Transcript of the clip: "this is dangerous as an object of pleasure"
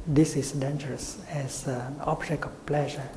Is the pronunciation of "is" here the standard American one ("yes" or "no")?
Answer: no